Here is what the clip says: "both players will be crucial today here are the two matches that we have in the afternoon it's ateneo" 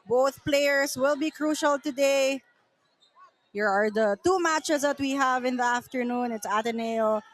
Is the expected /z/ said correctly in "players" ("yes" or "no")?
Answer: no